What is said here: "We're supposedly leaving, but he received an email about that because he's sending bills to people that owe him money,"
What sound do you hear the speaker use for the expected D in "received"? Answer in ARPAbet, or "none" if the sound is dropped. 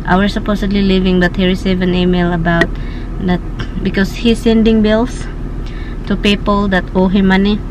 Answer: none